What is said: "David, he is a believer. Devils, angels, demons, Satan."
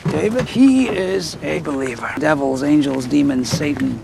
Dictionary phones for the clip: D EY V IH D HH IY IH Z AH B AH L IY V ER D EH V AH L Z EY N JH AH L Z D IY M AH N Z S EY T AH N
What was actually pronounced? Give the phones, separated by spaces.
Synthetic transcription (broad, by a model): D EY V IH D HH IY IH Z AH B AH L IY V ER D EH V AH L Z EY N JH AH L Z D IY M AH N S EY T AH N